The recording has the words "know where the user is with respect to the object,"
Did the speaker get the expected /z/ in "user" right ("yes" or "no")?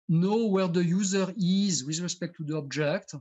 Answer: yes